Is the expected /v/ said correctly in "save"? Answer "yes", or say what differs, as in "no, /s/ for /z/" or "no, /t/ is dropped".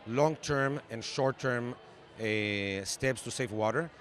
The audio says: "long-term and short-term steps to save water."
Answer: no, /f/ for /v/